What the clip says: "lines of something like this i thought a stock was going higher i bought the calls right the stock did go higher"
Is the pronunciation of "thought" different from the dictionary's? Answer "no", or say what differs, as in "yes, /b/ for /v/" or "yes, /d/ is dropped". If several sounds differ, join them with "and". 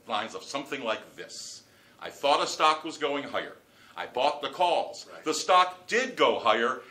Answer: no